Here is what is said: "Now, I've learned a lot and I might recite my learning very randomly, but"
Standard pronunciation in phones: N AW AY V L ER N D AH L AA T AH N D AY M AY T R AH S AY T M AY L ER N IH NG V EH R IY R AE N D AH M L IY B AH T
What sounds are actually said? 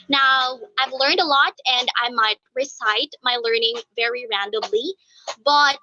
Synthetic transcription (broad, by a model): N AW AY V L ER N D AH L AA T AH N D AY M AY T R AH S AY T M AY L ER N IH NG V EH R IY R AE N D AH M L IY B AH T